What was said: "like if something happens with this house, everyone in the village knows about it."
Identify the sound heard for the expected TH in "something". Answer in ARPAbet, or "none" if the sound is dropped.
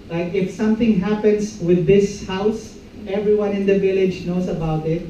T